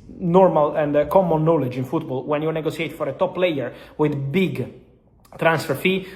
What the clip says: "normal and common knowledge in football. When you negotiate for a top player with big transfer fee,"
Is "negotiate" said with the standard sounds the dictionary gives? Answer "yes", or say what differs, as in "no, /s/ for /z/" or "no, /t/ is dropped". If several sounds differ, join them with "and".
no, /s/ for /ʃ/